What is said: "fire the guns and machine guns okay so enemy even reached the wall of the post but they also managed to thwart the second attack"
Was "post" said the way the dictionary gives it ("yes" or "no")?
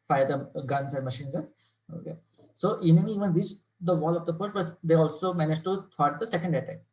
no